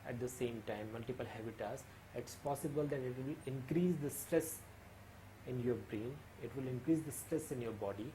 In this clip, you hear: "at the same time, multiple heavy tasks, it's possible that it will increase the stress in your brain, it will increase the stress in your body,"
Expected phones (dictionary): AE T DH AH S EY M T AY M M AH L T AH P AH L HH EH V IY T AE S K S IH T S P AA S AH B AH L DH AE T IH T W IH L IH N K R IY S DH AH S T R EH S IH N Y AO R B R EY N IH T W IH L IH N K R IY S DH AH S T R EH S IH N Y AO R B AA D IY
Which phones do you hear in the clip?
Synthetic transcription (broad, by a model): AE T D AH S EY M T AY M M AH L T AH P AH L HH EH B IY T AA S S IH T S P AA S AH B AH L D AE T IH T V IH L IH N K R IY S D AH S T R EH S IH N Y AO R B R EY N IH T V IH L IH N K R IY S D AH S T R EH S IH N Y AO R B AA D IY